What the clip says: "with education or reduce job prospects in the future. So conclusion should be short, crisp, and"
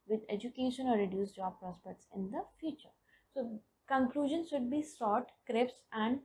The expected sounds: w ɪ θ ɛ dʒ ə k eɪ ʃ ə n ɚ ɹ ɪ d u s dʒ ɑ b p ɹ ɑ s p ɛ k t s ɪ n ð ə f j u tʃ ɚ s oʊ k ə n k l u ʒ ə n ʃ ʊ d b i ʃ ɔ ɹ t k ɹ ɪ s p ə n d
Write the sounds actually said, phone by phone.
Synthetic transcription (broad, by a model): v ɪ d ɛ dʒ ə k eɪ ʃ ə n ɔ ɹ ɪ d u s dʒ ɑ b p ɹ ɑ s p ɛ k t s ɪ n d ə f j u tʃ ɚ s oʊ k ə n k l u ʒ ə n ʃ ʊ d b i s ɔ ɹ t k ɹ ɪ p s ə n d